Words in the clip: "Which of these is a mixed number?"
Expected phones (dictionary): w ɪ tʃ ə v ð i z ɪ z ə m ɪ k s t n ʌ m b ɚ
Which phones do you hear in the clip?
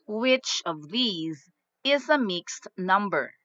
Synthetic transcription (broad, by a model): w ɪ tʃ ə v ð i z ɪ z ə m ɪ k s t n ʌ m b ɚ